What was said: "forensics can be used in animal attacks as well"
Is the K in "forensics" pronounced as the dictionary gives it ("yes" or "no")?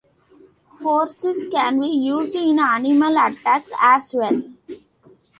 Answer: no